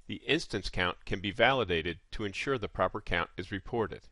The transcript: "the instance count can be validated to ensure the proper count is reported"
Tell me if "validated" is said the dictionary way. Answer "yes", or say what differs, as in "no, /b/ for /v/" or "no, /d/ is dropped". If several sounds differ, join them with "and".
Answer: yes